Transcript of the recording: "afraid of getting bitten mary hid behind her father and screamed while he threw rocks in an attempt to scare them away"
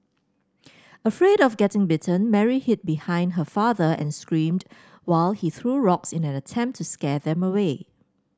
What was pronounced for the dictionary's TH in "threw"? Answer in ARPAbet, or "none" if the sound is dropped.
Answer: TH